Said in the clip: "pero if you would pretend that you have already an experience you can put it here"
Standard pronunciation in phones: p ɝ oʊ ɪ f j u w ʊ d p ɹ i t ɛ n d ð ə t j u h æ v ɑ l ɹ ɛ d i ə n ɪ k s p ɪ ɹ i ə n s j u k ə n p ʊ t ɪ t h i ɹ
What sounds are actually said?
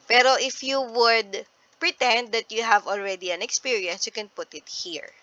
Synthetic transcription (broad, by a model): p ɝ oʊ ɪ f j u w ʊ d p ɹ i t ɛ n d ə t j u h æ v ɑ l ɹ ɛ d i ə n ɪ k s p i ɹ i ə n s j u k ə n p ʊ t ɪ t h i ɹ